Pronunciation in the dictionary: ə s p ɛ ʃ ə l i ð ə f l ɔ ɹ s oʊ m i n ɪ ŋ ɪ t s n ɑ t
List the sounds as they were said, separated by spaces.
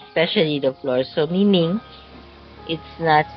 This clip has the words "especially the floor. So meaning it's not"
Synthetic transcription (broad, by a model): s p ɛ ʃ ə l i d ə f l ɔ ɹ s oʊ m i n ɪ ŋ ɪ t s n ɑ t